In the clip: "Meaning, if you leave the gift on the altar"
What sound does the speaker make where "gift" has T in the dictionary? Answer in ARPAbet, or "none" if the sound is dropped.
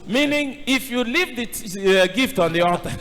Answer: T